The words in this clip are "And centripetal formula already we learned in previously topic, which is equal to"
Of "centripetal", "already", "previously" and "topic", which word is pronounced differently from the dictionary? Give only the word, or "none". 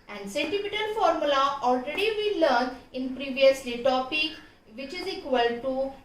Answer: centripetal